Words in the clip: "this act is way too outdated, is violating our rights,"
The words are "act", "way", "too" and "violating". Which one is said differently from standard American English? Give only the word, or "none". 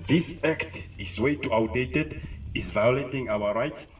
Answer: none